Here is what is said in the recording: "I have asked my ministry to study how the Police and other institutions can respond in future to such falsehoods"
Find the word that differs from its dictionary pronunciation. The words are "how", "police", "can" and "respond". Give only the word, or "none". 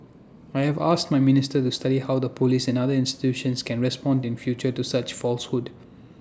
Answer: none